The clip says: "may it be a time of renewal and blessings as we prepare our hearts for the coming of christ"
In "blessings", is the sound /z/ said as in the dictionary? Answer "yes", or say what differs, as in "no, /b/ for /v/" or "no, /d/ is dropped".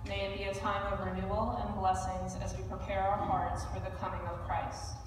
yes